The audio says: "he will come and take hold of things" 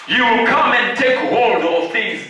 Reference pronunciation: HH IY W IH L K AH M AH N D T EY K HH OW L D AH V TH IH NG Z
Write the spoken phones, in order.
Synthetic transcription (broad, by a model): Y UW W IH L K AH M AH N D T EY K HH OW L D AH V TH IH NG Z